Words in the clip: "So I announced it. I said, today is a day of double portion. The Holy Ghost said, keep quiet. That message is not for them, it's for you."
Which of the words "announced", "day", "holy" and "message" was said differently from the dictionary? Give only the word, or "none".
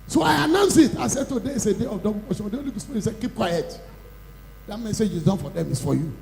announced